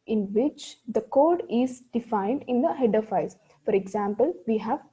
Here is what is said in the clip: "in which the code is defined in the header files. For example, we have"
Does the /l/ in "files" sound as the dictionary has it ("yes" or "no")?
no